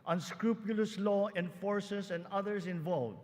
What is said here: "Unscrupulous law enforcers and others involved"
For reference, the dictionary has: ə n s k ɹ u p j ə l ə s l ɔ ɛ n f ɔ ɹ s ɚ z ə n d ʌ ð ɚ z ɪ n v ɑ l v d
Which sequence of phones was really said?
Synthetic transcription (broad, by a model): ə n s k ɹ u p j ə l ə s l ɔ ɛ n f ɔ ɹ s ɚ s ə n d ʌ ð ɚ s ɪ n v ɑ l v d